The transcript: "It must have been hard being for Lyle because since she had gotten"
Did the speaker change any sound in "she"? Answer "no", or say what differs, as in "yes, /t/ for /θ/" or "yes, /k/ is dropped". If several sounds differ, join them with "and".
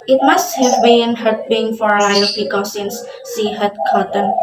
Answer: yes, /s/ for /ʃ/